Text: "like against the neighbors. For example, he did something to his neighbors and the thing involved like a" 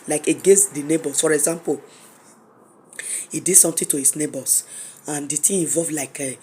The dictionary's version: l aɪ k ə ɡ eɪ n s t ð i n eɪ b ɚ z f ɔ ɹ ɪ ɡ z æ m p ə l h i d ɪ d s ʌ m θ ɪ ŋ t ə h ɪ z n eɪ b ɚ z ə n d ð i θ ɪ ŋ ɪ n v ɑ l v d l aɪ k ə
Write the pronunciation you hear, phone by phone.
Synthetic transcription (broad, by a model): l aɪ k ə ɡ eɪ n s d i n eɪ b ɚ s f ɔ ɹ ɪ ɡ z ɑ m p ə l h i d ɪ d s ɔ m t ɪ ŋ t ə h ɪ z n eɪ b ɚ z ə n d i t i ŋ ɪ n v ɑ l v l aɪ k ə